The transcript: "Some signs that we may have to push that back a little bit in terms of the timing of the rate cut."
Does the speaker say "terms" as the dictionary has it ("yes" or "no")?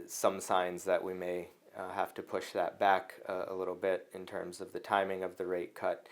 yes